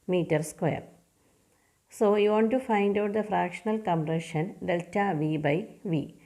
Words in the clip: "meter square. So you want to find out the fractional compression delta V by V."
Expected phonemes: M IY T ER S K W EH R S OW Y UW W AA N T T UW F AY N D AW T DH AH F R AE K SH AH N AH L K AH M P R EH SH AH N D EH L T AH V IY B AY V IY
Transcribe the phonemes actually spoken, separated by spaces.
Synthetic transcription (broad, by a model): M IY T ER S K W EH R S OW Y UW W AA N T T UW F AY N D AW T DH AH F R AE K SH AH N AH L K AH M P R EH SH AH N D EH L T AH V IY B AY V IY